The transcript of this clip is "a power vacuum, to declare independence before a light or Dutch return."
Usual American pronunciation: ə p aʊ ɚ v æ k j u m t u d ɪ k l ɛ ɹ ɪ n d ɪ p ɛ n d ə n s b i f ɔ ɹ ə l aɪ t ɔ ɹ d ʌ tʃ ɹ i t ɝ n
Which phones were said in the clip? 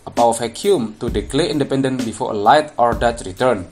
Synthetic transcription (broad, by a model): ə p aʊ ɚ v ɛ k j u m t u d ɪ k l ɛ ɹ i n d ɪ p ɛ n d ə n b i f ɔ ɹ ə l aɪ t ɔ ɹ d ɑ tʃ ɹ i t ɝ n